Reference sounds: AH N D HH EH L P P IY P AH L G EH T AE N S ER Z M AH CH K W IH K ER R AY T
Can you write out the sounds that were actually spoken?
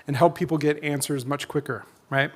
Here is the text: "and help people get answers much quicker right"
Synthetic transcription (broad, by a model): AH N HH EH L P P IY P L G EH T AE N S ER Z M AH CH K W IH K ER R AY T